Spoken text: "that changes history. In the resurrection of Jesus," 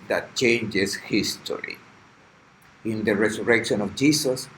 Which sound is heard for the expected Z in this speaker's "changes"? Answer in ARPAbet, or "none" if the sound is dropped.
S